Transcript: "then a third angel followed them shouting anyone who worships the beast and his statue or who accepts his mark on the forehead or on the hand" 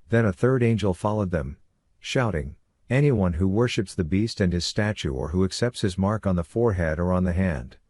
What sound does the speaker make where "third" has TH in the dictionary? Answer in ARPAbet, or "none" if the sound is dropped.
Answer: TH